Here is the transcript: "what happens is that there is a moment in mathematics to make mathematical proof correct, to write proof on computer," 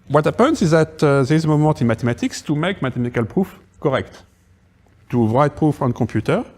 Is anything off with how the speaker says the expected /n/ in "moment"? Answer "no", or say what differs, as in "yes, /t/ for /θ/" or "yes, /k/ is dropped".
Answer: yes, /n/ is dropped